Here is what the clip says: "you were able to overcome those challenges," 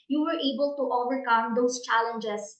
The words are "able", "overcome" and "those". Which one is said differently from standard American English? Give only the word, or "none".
those